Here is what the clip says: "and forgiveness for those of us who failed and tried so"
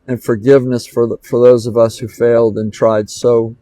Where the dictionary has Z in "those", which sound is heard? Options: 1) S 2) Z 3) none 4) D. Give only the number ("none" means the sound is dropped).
2